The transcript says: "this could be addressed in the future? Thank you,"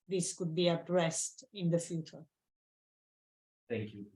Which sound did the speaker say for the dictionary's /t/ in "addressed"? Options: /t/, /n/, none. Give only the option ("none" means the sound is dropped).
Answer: /t/